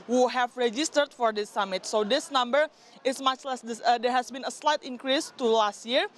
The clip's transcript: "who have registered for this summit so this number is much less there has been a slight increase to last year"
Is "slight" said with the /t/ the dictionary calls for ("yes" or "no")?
yes